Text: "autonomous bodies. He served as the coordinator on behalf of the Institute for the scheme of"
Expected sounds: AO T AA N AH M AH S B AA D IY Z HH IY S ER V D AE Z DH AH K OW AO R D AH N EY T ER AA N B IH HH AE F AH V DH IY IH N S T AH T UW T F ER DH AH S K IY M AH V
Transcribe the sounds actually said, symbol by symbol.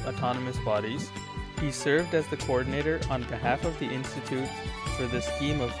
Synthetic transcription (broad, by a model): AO T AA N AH M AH S B AA D IY Z HH IY S ER V D AE Z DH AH K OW AO R D N EY T ER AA N B IH HH AE F AH V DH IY IH N S T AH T UW T F ER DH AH S K IY M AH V